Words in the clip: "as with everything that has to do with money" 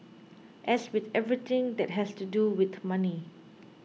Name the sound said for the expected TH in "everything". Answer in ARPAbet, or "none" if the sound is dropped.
T